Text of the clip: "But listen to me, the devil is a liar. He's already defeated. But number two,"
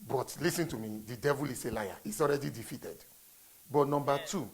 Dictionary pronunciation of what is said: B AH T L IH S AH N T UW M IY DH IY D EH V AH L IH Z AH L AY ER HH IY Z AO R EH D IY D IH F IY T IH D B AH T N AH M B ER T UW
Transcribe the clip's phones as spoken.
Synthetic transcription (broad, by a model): B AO T L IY S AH N T UW M IY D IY D EH V AH L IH S AH L AY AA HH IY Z AO R EH D IY D IH F IY T IH D B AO T N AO M B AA T UW